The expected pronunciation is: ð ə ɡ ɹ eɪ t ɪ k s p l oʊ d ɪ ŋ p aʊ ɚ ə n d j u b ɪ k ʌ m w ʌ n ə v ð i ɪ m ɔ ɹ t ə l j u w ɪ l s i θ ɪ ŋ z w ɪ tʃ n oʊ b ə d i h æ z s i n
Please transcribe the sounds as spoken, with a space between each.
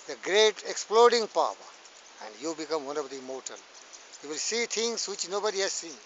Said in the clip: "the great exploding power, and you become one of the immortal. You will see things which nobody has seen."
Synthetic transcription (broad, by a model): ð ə ɡ ɹ eɪ t ɪ k s p l oʊ d ɪ ŋ p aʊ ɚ ə n d j u b ɪ k ʌ m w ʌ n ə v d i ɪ m ɔ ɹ t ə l j u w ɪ l s i t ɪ ŋ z w ɪ tʃ n oʊ b ə d i h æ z s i n